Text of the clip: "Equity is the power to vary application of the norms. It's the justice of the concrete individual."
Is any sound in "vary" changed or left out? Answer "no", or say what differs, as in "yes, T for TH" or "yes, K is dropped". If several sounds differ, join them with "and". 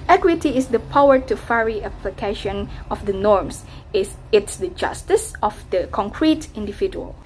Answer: yes, F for V